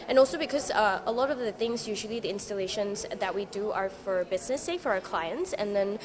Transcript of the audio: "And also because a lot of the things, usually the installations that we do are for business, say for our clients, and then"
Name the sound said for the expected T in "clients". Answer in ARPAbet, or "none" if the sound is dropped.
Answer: T